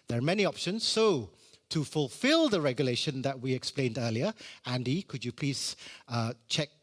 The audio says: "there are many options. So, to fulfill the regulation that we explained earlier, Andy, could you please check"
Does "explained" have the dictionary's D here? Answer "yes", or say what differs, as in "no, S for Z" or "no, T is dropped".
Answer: yes